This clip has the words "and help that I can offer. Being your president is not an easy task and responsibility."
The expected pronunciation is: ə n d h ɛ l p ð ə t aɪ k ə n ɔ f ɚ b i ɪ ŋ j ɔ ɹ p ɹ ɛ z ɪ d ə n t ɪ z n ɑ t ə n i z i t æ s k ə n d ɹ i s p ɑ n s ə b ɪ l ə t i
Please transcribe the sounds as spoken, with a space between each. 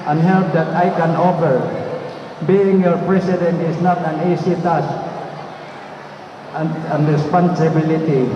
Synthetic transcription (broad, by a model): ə n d h ɛ l p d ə t aɪ k ə n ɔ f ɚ b i ɪ ŋ j ɔ ɹ p ɹ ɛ s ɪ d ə n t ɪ s n ɑ t ə n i s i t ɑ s ə n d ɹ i s p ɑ n s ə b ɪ l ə t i